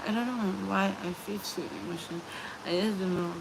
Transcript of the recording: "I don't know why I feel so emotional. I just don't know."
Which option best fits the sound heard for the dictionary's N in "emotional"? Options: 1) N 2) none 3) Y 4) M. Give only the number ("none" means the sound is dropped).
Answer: 2